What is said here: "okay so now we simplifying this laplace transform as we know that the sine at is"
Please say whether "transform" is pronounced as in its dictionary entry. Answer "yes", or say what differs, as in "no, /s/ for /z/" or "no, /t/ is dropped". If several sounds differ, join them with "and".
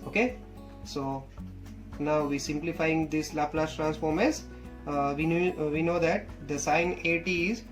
yes